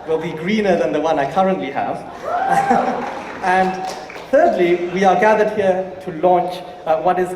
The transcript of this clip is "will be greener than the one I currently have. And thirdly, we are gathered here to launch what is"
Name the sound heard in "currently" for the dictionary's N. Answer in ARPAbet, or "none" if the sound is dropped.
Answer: N